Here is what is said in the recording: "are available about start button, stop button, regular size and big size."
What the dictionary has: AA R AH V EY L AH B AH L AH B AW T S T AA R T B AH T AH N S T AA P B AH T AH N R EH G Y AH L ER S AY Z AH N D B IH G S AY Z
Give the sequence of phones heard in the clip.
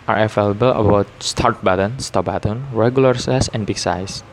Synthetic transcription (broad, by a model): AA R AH F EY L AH B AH L AH B AW T S T AA R T B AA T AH N S T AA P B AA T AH N R EH G Y AH L ER S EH S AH N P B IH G S AY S